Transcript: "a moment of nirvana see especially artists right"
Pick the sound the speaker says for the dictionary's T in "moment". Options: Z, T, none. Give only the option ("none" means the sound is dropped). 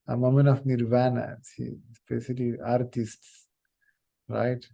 none